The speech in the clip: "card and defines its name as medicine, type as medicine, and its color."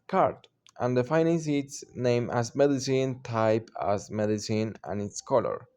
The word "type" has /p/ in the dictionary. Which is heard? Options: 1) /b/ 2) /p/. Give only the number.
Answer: 2